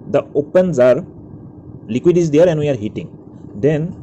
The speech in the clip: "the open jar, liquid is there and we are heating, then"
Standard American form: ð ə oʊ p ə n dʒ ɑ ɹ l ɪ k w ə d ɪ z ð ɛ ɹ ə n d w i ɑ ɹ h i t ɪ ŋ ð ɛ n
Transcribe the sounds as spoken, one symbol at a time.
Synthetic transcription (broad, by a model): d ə oʊ p ə n z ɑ ɹ l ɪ k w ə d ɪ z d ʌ ɹ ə n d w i ɑ ɹ h i t ɪ ŋ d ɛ n